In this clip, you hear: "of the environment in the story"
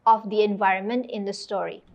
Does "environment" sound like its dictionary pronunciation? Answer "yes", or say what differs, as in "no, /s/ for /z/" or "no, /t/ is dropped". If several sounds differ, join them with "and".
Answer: yes